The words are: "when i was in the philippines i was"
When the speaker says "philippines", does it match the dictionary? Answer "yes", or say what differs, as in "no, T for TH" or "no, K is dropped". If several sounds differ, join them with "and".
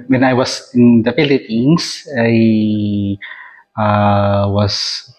no, S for Z